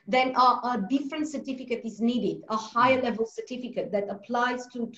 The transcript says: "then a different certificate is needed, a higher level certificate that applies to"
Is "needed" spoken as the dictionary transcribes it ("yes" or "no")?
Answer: yes